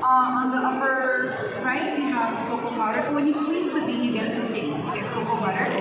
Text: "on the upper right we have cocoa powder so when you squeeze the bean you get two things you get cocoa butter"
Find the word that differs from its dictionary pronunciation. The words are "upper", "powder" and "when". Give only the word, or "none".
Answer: powder